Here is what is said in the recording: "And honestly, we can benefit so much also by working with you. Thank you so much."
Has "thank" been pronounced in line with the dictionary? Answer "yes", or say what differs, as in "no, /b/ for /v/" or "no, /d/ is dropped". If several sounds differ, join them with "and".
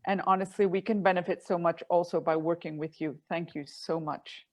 yes